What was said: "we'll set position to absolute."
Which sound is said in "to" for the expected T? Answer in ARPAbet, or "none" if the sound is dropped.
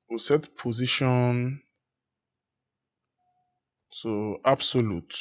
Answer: S